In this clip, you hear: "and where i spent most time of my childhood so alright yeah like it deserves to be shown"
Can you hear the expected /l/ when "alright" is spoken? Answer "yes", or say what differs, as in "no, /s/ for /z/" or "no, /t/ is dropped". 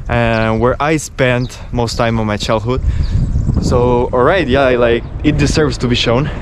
yes